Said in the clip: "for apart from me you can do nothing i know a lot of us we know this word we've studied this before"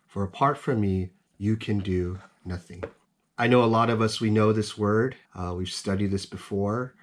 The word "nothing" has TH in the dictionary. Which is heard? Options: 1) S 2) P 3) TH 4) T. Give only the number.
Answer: 3